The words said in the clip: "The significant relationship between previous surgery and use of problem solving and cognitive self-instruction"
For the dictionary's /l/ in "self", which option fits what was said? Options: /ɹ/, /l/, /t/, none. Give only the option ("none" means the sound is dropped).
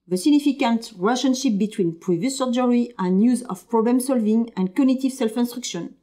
/l/